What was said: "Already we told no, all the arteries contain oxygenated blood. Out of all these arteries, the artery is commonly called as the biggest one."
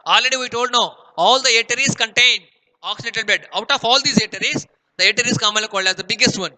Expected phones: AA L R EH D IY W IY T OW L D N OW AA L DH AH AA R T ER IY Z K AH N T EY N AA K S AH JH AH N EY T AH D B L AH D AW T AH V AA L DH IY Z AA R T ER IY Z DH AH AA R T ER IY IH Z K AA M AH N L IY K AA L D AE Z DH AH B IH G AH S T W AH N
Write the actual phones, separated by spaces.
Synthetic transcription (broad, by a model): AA L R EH D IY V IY T OW L D N OW AA L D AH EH T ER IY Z K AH N T EY N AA K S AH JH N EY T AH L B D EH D AW T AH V AA L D IY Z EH T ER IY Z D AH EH T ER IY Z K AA M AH L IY K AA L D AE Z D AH B IH G AH S T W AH N